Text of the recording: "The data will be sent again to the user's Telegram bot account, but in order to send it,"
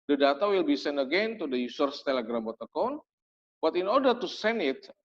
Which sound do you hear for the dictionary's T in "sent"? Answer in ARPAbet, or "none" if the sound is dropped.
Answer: none